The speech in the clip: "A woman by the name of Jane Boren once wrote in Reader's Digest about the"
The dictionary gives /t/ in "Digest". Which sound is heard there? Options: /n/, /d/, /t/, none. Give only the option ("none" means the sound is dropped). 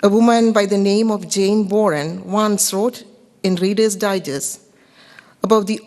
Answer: none